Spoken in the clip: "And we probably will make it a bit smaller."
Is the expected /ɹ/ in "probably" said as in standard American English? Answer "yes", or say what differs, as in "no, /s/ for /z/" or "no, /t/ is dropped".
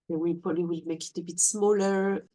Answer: no, /ɹ/ is dropped